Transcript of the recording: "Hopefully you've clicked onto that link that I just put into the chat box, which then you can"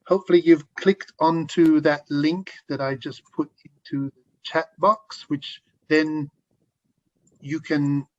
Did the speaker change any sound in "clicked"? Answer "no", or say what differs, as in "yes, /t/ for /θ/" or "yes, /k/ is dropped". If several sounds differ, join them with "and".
no